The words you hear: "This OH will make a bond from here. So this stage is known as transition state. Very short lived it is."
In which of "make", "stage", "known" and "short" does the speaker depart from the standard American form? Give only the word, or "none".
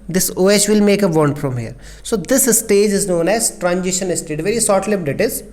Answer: short